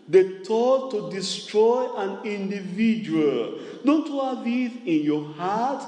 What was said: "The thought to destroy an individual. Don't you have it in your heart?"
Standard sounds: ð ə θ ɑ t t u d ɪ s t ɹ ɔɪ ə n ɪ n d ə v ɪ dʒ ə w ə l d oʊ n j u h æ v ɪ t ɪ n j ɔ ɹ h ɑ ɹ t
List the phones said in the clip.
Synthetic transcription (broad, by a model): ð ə t ɑ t t u d ɪ s t ɹ ɔɪ ə n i n d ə v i dʒ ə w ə l d oʊ n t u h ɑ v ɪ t ɪ n j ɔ h ɑ t